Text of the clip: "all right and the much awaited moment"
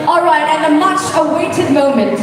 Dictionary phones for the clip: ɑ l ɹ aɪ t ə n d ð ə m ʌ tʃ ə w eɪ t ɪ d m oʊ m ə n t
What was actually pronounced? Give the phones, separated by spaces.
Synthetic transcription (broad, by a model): ɑ l ɹ aɪ t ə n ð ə m ʌ tʃ ə w eɪ t ɪ d m oʊ m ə n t